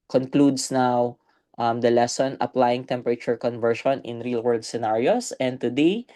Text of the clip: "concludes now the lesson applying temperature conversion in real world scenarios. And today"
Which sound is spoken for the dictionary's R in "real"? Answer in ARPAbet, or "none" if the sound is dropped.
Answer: R